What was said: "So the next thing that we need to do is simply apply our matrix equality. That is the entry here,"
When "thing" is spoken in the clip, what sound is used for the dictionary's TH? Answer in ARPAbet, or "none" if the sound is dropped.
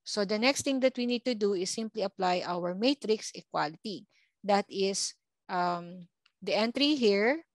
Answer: T